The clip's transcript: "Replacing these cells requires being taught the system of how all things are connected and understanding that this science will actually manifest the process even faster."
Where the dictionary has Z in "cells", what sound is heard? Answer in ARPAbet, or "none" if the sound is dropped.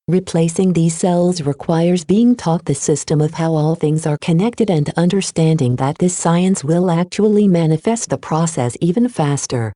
Z